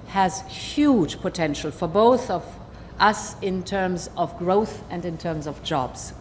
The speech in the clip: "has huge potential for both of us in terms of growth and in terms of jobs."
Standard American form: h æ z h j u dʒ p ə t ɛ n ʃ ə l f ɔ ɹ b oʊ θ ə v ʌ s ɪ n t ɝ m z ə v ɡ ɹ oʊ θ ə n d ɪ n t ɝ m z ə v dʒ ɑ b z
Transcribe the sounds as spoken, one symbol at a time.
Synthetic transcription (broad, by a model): h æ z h j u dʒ p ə t ɛ n ʃ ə l f ɔ ɹ b oʊ θ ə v ʌ s ɪ n t ɝ m z ə v ɡ ɹ oʊ θ ə n d ɪ n t ɝ m z ə v dʒ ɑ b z